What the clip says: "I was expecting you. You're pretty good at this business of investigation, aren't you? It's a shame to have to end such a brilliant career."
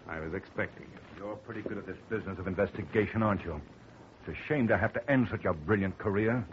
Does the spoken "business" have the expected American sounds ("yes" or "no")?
yes